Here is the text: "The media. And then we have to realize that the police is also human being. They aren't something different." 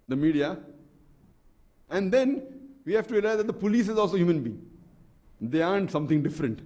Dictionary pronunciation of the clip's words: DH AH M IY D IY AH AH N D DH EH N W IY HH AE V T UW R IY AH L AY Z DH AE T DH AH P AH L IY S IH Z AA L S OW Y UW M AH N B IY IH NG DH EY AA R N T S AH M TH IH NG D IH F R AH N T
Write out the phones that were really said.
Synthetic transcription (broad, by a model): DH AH M IY D IY AH AH N D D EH N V IY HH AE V T UW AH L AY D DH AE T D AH P AH L IY S IH Z AA L S OW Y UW M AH N B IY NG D EY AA N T S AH M T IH NG D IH F R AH N T